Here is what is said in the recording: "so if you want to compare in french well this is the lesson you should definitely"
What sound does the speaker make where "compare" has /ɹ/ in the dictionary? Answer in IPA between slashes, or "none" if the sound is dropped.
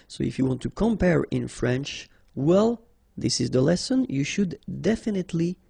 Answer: /ɹ/